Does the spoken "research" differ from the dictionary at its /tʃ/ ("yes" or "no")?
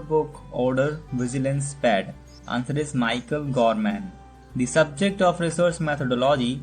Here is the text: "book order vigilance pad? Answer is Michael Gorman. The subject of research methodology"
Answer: yes